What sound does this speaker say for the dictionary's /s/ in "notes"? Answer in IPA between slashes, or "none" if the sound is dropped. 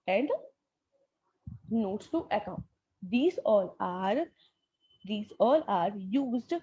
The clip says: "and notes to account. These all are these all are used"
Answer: none